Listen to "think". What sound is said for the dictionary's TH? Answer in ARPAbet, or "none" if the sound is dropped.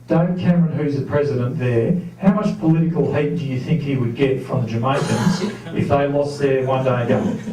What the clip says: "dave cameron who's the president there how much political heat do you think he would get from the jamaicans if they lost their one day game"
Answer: TH